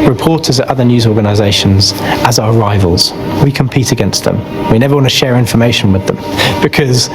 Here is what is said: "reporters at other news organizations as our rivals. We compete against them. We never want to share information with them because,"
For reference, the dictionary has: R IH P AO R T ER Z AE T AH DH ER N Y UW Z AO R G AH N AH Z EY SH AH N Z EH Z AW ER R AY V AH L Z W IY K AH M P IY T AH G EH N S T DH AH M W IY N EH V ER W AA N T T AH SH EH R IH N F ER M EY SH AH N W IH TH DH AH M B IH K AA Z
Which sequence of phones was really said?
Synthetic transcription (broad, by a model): R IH P AO T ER Z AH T AH DH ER N Y UW Z AO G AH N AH Z EY SH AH N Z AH Z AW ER R AY V AH L Z W IY K AH M P IY T AH G EH N S T DH AH M W IY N EH V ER W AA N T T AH SH EH R IH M F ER M EY SH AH N W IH DH AH M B IH K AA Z